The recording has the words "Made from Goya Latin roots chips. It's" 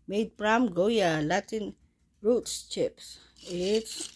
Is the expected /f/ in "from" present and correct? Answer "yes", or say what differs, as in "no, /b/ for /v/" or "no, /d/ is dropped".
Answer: no, /p/ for /f/